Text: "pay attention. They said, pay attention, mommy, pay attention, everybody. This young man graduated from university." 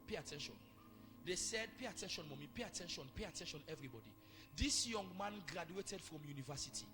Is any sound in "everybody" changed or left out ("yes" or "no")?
no